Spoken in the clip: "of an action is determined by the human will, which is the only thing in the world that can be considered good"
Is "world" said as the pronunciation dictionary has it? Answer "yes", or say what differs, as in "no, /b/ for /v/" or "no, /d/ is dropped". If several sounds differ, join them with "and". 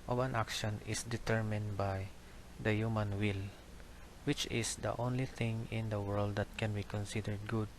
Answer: yes